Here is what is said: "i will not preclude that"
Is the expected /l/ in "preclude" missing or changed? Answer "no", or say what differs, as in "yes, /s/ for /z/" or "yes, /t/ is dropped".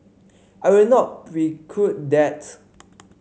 yes, /l/ is dropped